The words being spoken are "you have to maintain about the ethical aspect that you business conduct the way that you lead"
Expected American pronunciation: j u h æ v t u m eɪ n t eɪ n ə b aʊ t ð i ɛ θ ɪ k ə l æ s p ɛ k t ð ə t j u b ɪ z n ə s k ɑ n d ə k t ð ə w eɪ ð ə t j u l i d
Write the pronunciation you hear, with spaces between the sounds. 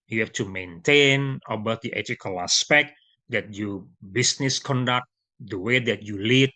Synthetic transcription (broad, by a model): j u h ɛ f t u m eɪ n t eɪ n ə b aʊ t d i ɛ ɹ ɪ k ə l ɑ s p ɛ k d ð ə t j u b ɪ s n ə s k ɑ n d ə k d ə w eɪ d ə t j u l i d